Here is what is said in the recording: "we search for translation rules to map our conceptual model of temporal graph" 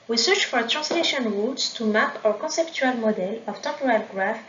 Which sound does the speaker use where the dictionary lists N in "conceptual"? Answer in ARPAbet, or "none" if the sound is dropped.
none